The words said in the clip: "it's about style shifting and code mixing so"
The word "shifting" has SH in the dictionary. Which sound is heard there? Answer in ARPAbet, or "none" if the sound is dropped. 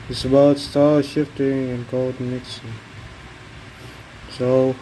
SH